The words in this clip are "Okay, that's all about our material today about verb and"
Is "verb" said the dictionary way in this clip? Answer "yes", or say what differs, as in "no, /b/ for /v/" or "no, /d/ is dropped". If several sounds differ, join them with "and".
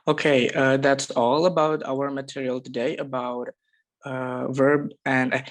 yes